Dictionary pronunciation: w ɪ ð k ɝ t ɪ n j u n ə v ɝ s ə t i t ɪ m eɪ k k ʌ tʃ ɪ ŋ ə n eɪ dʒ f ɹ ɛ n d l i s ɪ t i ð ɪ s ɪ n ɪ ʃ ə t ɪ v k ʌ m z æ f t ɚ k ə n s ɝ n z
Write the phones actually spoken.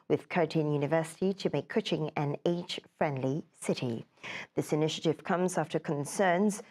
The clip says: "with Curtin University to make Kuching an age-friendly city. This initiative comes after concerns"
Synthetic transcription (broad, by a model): w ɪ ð k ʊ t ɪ n j u n ə v ɝ s ə t i t ɪ m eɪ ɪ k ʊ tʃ ɪ ŋ ə n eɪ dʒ f ɹ ɛ n d l i s ɪ t i ð ɪ s ɪ n ɪ ʃ ə t ɪ v k ʌ m z æ f t ɚ k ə n s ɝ n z